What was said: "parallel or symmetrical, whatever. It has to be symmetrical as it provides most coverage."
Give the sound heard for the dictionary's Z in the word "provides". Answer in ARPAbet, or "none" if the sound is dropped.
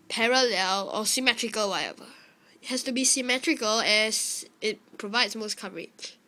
S